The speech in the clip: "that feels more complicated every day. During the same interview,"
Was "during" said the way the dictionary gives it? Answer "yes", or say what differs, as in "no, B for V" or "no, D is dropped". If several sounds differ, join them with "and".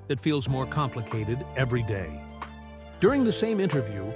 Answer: yes